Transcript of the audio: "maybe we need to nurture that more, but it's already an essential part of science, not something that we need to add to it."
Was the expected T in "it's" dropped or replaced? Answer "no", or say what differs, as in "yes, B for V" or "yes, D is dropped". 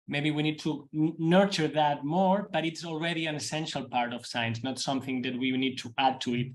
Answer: no